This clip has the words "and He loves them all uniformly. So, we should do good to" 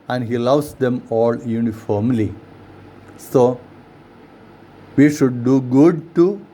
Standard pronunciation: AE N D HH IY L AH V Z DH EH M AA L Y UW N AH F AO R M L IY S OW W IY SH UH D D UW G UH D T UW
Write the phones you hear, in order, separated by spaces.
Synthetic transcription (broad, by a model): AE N D HH IY L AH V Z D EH M AA L Y UW N AH F AO R M L IY S OW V IY SH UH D D UW G UH D T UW